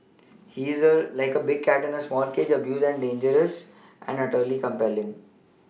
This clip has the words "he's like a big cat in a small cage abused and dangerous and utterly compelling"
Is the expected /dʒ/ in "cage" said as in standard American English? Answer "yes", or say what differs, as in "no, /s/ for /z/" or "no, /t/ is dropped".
yes